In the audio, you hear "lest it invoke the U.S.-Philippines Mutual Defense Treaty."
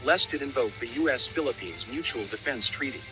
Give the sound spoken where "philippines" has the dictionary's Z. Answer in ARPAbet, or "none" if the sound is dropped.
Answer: Z